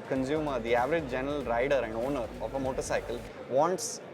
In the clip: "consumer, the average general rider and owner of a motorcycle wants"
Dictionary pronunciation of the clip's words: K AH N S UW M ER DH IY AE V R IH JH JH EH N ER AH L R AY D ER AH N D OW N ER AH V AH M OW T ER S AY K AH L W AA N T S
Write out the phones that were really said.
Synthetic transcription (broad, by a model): K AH N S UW M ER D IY AE V R IH JH JH EH N ER AH L R AY D ER AH N D OW N ER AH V AH M OW T ER S AY K AH L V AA N T S